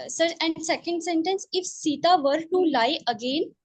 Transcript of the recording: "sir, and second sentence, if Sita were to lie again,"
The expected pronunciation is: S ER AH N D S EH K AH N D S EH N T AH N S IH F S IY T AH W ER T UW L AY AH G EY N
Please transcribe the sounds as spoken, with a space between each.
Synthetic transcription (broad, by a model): S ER AH N D S EH K AH N D S EH N T AH N S IH F S IY T AH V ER T UW L AY AH G EY N